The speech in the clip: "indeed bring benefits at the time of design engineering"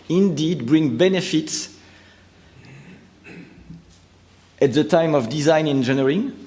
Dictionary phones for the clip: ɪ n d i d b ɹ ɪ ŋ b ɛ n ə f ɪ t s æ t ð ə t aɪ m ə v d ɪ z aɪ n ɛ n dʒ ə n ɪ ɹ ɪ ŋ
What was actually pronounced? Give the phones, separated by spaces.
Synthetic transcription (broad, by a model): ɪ n d i d b ɹ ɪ ŋ b ɛ n ə f ɪ t s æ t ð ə t aɪ m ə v d ɪ z aɪ n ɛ n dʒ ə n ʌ ɹ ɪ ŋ